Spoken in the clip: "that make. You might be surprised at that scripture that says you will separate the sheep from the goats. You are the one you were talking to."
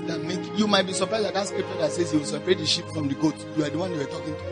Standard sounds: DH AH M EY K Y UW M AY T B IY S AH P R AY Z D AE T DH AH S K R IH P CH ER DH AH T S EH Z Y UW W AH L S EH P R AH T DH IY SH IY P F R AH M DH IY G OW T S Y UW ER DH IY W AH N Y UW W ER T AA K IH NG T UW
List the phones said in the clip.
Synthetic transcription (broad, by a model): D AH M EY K Y UW M AY T B IY S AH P R AY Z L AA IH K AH S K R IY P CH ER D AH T S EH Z Y UW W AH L S EH P R AH T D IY SH IY P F R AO M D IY G OW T Y UW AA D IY W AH N Y UW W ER T AA K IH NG T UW